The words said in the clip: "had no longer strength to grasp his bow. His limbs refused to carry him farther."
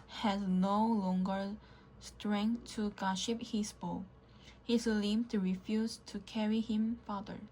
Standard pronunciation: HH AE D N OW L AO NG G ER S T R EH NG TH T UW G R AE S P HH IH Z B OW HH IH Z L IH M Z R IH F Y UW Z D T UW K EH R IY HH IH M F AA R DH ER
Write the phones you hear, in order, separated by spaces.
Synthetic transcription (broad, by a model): HH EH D N OW L AO NG G ER S T R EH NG T UW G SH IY P HH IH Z B OW HH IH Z L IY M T R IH F Y UW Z T UW K EH R IY HH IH M F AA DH ER